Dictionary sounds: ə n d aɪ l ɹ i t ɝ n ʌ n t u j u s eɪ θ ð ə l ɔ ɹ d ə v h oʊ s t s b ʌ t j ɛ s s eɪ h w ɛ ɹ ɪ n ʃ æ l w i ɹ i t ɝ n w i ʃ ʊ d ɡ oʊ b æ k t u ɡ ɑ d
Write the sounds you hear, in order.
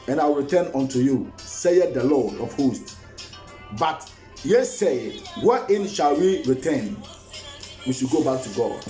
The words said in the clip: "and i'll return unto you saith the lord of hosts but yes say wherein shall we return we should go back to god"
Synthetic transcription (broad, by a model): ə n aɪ w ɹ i t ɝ n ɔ n t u j u s eɪ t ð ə l ɔ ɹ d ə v h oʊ s t b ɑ t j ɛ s s eɪ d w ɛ ɪ n ʃ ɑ l w i ɹ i t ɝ n w i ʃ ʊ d ɡ oʊ b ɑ k t u ɡ ɑ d